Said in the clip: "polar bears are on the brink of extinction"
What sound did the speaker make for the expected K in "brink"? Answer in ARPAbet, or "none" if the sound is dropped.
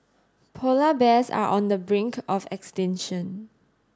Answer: K